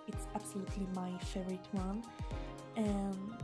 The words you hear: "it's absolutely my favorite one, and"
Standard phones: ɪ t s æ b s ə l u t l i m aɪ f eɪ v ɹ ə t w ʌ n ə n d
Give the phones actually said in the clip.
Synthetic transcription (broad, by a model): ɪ t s æ b s ə l u t l i m aɪ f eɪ ɹ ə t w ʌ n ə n